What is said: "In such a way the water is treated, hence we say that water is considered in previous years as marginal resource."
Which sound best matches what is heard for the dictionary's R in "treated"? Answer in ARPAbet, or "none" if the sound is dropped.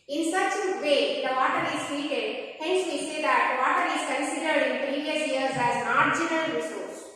none